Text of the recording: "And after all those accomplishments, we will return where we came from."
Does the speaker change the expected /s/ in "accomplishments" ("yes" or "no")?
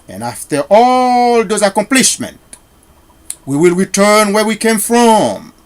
yes